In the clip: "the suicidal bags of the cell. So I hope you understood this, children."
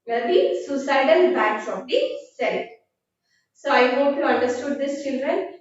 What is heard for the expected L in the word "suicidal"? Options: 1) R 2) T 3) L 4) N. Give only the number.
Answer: 4